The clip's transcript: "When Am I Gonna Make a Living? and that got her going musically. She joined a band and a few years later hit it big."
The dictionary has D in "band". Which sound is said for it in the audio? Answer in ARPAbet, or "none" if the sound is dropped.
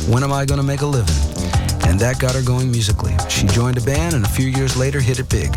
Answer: none